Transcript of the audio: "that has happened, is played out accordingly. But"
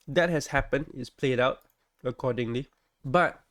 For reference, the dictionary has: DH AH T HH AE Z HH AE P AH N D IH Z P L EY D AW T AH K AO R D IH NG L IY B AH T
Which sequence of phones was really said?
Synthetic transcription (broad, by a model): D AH T HH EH S HH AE P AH N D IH S P L EY D AW T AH K AO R D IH NG L IY B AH T